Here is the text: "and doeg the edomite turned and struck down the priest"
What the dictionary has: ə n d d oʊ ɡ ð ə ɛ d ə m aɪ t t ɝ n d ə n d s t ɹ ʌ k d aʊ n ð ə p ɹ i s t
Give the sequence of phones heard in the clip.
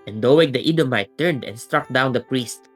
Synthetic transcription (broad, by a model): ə n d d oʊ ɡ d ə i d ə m aɪ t t ɝ n d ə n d s t ɹ ʌ k d aʊ n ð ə p ɹ i s t